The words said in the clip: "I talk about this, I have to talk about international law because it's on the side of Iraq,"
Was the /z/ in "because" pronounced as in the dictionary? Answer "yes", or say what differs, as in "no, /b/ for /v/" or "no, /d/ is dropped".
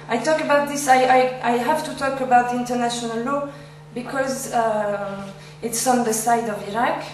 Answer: yes